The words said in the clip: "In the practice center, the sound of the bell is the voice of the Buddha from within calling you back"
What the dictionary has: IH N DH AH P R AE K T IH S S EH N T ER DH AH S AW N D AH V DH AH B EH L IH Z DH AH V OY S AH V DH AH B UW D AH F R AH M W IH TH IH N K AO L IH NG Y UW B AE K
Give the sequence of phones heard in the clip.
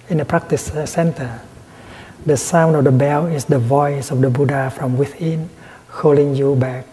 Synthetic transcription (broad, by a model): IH N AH P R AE K T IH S S EH N T ER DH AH S AW N D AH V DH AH B EH L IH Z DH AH V OY S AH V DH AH B UW D AH F R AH M W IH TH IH N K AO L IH NG Y UW B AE K